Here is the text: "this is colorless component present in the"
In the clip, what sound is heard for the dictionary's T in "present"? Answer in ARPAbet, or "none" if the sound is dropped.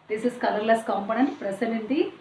none